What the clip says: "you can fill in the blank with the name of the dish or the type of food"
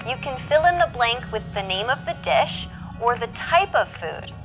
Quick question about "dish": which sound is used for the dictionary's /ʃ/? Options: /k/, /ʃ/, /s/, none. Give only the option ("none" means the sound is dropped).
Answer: /ʃ/